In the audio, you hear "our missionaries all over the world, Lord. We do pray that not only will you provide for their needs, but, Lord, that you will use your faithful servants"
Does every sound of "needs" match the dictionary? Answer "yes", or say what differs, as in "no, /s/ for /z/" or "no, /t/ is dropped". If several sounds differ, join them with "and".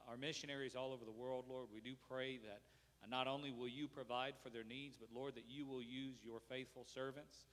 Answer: yes